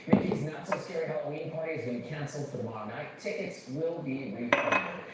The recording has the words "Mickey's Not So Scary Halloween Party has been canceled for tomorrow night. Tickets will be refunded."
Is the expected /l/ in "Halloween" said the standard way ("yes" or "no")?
no